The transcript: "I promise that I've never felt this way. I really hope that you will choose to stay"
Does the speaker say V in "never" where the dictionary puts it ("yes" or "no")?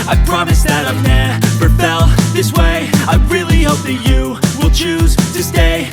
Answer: no